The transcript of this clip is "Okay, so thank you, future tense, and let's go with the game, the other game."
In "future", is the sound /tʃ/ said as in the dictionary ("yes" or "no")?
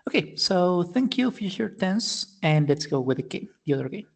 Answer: no